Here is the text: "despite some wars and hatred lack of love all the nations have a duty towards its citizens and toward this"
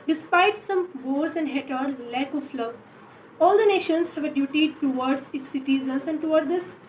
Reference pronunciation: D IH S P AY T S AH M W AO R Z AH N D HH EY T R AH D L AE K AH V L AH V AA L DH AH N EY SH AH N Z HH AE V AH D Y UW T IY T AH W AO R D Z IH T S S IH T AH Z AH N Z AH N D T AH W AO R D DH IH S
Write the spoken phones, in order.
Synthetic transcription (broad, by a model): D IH S P AY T S AH M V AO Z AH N D HH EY T AH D L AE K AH F L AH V AA L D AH N EY SH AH N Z HH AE V AH D Y UW T IY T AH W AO R D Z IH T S S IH T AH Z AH N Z AH N D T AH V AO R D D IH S